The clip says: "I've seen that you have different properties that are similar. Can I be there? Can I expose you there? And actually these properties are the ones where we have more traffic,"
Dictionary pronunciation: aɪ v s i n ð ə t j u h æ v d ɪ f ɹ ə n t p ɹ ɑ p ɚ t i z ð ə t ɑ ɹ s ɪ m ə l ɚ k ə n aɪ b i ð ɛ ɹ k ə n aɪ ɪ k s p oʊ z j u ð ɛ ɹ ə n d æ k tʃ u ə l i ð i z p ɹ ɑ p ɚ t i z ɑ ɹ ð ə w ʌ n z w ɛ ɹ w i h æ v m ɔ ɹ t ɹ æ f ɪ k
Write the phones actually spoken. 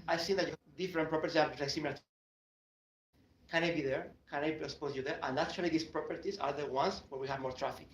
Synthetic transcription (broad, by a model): aɪ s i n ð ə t j u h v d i f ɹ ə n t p ɹ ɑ p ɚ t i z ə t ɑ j s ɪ m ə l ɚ k ə n aɪ b i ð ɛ ɹ k ə n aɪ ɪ s p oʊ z j u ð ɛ ɹ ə n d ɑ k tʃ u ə l i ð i s p ɹ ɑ p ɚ t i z ɑ ɹ ð ə w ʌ n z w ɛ ɹ w i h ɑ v m ɔ ɹ t ɹ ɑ f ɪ k